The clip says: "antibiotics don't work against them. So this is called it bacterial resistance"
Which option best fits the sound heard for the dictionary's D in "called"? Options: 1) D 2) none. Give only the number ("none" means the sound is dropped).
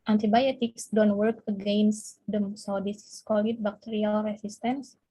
2